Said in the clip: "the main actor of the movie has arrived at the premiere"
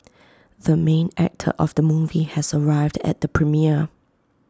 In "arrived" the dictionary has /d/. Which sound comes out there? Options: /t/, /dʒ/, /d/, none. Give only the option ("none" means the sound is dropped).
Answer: /d/